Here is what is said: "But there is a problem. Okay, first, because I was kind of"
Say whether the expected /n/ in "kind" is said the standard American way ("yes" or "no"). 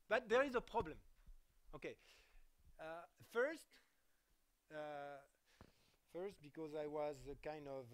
yes